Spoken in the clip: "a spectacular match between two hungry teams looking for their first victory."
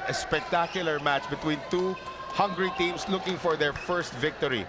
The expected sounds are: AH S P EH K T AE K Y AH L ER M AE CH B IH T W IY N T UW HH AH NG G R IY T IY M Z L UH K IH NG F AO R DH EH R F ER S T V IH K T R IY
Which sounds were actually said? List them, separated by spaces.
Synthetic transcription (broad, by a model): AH S P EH K T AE K Y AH L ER M AE CH B IH T W IY N T UW HH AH NG G R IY T IY M S L UH K IH NG F AO R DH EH R F ER S T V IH K T R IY